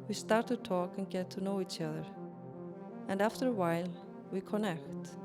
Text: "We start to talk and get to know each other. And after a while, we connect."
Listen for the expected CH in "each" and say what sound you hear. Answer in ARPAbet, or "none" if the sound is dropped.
CH